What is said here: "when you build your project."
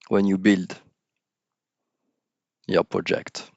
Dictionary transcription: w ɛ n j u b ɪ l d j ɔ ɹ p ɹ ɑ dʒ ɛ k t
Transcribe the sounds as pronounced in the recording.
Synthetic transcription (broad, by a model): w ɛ n j u b ɪ l d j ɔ p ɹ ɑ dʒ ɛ k t